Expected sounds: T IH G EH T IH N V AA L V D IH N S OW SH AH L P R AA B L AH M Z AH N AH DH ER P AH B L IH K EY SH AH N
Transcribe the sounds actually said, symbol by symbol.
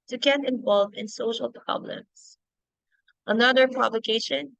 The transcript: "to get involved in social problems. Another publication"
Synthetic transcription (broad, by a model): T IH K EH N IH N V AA L V IH N S OW SH AH L P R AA B L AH M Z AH N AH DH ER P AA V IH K EY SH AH N